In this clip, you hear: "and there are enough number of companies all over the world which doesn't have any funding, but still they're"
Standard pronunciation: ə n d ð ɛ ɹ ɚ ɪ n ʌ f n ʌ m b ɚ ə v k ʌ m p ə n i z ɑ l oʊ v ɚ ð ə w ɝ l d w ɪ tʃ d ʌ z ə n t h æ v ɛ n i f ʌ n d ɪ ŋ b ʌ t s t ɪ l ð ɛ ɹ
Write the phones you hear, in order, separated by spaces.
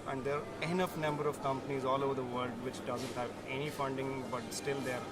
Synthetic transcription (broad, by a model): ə n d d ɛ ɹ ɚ ɪ n ʌ f n ʌ m b ɚ ə v k ʌ m p ə n i z ɑ l oʊ v ɚ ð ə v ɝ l d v ɪ tʃ d ʌ z ə n t h æ v ɛ n i f ʌ n d ɪ ŋ b ʌ t s t ɪ l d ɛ ɹ